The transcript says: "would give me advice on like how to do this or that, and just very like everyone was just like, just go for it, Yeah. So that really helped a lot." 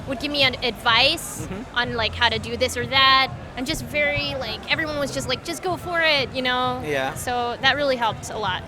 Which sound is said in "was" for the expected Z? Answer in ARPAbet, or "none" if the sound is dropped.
Z